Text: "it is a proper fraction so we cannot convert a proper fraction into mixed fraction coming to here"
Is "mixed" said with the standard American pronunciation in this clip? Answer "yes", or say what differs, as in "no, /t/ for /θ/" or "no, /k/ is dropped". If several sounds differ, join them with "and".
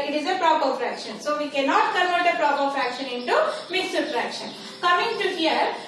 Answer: no, /k/ is dropped